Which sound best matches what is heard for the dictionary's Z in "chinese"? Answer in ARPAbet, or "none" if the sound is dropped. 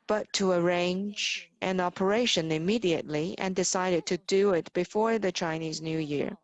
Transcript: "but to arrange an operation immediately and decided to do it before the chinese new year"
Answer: Z